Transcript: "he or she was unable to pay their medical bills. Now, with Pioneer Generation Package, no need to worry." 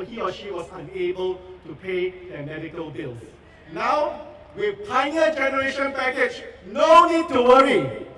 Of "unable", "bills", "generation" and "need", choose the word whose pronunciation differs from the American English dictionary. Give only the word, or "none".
bills